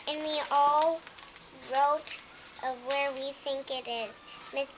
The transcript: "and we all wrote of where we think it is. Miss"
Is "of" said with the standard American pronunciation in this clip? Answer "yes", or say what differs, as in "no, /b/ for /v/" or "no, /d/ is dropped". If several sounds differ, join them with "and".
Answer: yes